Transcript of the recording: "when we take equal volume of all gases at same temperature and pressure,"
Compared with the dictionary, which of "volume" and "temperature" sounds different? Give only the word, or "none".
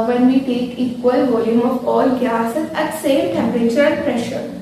none